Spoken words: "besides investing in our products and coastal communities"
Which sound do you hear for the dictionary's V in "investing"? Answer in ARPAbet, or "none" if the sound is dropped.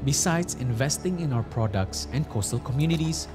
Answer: V